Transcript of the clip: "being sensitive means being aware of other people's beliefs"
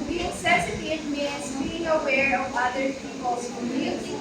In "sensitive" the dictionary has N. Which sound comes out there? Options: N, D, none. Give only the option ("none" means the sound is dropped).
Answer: none